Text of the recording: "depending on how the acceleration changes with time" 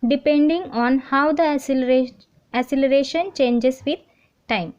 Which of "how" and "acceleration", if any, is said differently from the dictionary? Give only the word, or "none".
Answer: acceleration